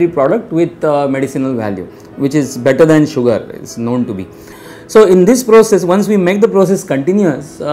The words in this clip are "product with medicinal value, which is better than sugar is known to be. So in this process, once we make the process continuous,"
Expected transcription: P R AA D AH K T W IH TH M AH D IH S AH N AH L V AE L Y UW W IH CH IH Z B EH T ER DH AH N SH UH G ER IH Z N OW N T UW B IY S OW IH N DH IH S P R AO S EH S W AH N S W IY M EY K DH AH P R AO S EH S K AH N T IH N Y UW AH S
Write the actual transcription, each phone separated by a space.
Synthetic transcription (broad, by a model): P R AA D AH K T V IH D M AH D IH S AH N AH L V AE L Y UW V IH CH IH Z B EH T ER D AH N SH UH G ER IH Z N OW N T UW B IY S OW IH N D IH S P R AO S EH S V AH N S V IY M EY K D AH P R AO S EH S K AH N T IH N Y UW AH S